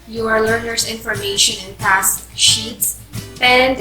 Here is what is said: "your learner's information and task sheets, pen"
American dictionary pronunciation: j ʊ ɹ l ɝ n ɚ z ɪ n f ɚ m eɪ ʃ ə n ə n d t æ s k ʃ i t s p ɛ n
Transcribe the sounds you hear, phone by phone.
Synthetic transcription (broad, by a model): j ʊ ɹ l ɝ n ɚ s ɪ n f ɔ m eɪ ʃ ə n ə n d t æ s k ʃ i t s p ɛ n